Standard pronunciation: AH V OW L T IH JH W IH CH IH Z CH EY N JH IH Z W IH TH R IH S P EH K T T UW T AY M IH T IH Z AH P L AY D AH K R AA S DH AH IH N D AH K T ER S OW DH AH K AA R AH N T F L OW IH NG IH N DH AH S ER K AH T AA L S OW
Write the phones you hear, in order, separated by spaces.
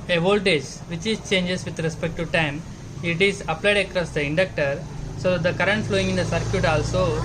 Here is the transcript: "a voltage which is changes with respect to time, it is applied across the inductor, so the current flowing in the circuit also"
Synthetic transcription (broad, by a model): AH V OW L T IH JH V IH CH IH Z CH EY N JH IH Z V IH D R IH S P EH K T T UW T AY M IH T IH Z AH P L AY D AH K R AA S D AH IH N D AH K T ER S OW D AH K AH R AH N T F L OW IH NG IH N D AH S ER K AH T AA L S OW